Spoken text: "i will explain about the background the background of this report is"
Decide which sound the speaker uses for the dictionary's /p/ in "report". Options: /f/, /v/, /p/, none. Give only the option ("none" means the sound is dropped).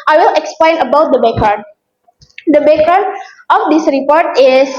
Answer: /p/